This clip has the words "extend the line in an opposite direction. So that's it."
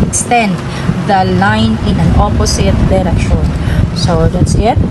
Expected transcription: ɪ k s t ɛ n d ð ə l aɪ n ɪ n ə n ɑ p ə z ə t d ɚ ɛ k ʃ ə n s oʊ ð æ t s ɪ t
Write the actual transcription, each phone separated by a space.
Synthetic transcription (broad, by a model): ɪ k s t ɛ n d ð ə l aɪ n ɪ n ə n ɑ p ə s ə t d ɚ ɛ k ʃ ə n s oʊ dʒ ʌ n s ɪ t